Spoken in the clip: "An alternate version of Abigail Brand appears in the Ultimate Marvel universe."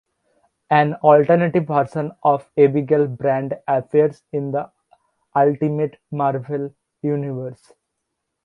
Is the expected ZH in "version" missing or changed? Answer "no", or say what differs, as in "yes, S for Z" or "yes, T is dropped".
yes, S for ZH